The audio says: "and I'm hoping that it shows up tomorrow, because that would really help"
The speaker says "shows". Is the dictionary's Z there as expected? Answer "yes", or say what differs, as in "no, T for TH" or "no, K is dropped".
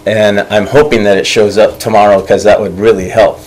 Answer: yes